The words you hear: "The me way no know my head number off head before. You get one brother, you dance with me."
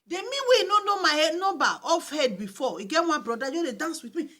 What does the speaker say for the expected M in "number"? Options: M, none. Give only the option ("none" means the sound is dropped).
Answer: none